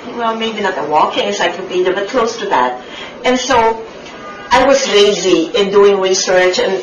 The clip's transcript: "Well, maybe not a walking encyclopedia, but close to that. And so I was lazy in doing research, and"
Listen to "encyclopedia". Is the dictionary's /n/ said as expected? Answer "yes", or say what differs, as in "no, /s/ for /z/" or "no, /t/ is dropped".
no, /n/ is dropped